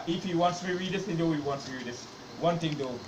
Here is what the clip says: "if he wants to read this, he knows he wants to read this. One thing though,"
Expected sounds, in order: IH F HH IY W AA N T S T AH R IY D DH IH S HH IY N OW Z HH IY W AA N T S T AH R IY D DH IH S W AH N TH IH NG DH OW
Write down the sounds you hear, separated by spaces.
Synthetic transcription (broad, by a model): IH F HH IY W AA N T S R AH R IY D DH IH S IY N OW HH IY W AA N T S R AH R IY D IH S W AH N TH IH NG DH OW